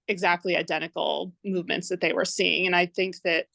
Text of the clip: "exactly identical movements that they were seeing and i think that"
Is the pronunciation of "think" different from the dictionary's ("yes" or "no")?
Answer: no